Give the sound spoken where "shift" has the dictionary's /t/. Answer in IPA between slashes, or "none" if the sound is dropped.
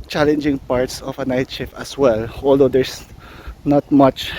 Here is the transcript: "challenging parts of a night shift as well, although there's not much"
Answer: none